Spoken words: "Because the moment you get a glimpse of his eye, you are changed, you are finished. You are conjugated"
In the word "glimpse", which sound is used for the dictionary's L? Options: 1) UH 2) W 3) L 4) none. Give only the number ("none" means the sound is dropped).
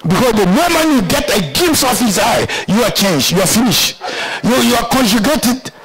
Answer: 4